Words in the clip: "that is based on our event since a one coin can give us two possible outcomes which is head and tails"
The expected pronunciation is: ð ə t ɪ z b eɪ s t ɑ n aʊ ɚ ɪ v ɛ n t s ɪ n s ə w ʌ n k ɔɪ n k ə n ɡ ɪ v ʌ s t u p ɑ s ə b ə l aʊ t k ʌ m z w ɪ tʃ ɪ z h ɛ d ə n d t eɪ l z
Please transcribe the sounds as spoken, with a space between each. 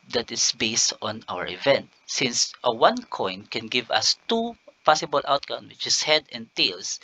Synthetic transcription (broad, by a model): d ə t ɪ s b eɪ s t ɑ n aʊ ɚ ɪ v ɛ n t s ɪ n s ə w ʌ n k ɔɪ n k ə n ɡ ɪ v ʌ s t u p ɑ s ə b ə l aʊ t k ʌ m w ɪ tʃ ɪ s h ɛ d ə n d t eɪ l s